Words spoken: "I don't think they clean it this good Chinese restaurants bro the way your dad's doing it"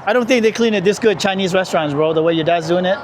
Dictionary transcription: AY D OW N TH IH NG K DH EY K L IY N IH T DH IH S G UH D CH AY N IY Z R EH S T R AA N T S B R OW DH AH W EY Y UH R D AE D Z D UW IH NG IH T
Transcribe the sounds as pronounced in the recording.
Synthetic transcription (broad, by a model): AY D OW N TH IH NG K DH EY K L IY N IH T DH IH S G UH D CH AY N IY Z R EH S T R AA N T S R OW DH AH W EY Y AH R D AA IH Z D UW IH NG IH T